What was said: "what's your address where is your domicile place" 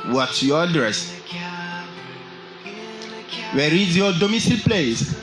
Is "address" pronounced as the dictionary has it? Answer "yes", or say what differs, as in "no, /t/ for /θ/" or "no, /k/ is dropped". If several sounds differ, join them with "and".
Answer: yes